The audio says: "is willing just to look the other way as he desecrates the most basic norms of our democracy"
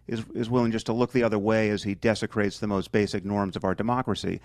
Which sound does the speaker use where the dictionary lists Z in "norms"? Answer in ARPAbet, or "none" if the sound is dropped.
Z